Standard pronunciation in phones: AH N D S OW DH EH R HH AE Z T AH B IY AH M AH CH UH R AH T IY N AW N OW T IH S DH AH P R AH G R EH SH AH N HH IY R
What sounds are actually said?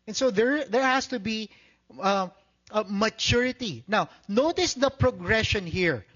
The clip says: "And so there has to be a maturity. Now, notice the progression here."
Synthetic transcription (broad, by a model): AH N S OW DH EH R HH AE S T AH B IY AH M AH CH UH R AH T IY N AW N OW T IH S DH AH P R AH G R EH SH AH N HH IY R